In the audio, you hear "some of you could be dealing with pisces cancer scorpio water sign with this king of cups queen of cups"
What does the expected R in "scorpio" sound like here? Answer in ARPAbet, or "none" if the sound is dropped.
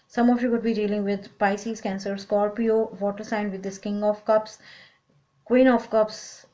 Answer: L